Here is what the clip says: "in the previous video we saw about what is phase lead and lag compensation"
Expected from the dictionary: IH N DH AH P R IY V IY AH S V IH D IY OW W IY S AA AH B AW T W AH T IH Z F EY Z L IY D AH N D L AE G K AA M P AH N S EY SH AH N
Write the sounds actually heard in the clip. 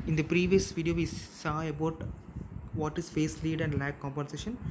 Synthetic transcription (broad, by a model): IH N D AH P R IY V IY AH S V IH D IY OW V IY S AA AH B AW T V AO T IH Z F EY S L IY D AH N D L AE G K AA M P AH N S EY SH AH N